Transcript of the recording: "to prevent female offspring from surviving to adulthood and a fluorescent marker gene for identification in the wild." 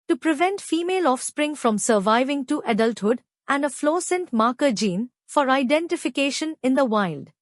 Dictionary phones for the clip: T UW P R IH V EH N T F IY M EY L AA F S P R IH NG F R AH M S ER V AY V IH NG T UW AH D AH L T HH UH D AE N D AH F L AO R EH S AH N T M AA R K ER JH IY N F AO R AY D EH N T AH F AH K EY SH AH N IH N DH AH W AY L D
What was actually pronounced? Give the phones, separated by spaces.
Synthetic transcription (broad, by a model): T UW P R IH V EH N T F IY M EY L AA F S P R IH NG F R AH M S ER V AY V IH NG T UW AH D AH L T HH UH D AE N D AH F L AO S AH N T M AA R K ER JH IY N F AO R AY D EH N T AH F AH K EY SH AH N IH N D AH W AY L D